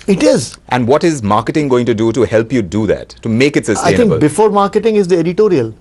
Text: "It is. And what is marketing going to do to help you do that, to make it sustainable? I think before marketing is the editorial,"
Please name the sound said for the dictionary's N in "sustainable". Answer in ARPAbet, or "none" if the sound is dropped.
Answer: none